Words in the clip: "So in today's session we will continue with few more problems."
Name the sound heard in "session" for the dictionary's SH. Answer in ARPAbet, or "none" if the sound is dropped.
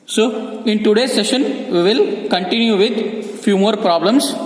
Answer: SH